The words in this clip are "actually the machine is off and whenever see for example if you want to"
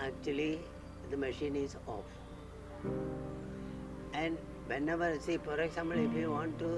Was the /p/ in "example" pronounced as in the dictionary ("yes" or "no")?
no